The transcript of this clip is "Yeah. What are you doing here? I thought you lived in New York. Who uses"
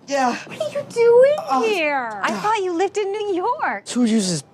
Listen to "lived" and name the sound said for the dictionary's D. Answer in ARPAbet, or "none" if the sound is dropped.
D